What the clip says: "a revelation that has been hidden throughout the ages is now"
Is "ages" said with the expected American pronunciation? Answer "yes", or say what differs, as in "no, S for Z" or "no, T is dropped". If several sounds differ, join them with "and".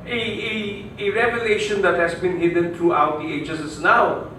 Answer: no, S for Z